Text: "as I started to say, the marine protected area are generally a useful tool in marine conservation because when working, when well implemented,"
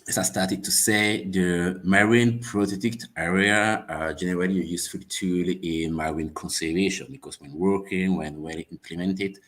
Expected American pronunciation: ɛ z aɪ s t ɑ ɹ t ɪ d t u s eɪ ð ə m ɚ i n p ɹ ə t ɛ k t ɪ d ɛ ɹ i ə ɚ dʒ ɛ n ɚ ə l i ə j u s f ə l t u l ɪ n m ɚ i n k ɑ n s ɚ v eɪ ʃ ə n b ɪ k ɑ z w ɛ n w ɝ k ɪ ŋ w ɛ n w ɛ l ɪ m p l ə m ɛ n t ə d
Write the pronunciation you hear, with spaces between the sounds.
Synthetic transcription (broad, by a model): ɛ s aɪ s t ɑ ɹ t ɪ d t u s eɪ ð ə m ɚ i n p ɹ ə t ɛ t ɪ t ɛ ɹ i ə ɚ dʒ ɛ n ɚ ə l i ə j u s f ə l t u l ɪ n m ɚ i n k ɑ n s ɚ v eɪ ʃ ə n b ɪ k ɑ s w ɛ n w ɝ k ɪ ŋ w ɛ n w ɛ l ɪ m p l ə m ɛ n t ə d